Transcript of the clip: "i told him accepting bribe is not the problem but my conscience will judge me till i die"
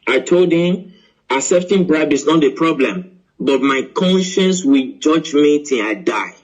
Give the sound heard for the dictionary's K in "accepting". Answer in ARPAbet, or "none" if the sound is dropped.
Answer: none